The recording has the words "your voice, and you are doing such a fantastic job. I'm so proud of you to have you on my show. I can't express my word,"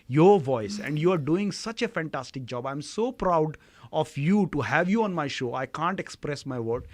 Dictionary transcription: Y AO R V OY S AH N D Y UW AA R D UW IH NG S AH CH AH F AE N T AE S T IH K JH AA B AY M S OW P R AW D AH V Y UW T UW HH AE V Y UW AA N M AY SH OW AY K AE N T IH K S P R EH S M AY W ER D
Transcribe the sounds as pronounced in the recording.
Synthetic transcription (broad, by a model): Y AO R V OY S AH N D Y UW AA R D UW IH NG S AH CH AH F AE N T AE S T IH K JH AA B AY M S OW P R AW D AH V Y UW T UW HH AE V Y UW AA N M AY SH OW AY K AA N T IH K S P R EH S M AY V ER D